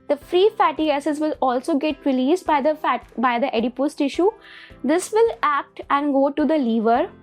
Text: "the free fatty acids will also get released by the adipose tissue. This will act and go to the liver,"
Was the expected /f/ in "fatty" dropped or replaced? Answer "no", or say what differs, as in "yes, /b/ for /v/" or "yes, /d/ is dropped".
no